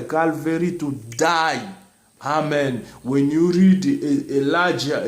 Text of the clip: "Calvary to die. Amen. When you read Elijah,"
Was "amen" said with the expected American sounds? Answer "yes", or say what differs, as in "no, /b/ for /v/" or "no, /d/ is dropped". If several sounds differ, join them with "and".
yes